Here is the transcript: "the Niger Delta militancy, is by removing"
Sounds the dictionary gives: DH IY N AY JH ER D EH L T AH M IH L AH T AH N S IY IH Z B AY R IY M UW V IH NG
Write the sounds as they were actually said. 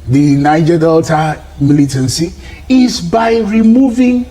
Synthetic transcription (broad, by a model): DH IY N AY JH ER D EH L T AH M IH L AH T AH N S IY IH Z B AY R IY M UW V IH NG